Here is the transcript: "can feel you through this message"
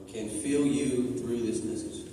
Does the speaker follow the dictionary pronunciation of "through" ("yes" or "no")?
yes